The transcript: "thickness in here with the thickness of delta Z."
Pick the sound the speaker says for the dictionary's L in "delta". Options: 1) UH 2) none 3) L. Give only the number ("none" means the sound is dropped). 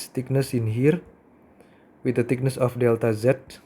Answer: 3